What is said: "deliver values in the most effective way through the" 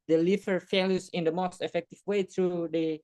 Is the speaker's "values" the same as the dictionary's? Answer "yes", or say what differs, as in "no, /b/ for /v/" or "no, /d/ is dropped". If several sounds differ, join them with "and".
no, /f/ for /v/